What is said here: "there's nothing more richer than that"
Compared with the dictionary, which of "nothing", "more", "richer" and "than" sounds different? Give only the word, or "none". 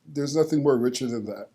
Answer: none